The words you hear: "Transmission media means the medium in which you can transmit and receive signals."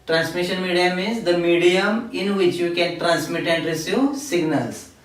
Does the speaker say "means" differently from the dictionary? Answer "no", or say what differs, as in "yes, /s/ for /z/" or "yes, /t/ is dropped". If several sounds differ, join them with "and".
yes, /n/ is dropped